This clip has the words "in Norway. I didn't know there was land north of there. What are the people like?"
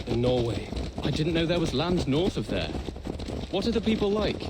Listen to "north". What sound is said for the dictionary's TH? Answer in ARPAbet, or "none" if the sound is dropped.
TH